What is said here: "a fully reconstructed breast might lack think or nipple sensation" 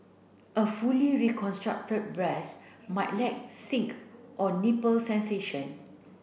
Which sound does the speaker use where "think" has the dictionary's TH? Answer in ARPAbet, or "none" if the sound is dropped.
S